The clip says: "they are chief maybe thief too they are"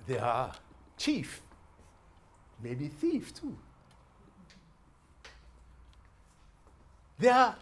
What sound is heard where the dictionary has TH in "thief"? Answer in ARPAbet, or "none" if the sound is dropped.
TH